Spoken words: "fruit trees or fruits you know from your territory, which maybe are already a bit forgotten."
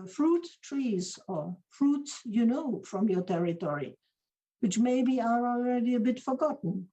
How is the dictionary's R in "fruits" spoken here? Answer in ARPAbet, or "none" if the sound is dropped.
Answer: R